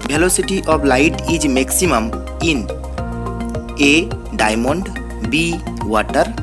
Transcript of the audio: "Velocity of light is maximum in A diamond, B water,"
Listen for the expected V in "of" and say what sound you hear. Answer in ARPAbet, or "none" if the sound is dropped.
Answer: B